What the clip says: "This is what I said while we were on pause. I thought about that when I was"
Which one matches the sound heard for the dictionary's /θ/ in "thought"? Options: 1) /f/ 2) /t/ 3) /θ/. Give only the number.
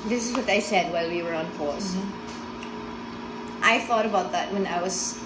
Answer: 3